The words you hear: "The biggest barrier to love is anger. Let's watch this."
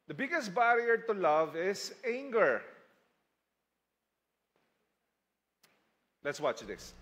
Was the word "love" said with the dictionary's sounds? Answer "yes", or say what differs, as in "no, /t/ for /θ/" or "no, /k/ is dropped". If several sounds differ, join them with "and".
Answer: yes